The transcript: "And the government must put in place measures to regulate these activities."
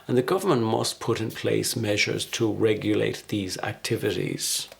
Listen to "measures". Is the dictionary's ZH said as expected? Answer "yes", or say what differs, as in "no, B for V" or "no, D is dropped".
yes